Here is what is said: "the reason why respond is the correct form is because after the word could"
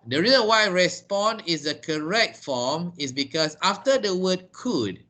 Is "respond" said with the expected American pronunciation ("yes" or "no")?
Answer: no